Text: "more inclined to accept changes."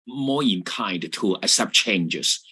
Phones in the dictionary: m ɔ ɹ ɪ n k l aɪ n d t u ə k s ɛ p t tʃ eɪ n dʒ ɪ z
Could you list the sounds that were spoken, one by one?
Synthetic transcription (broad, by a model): m ɔ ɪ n k aɪ n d t u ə s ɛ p tʃ eɪ n dʒ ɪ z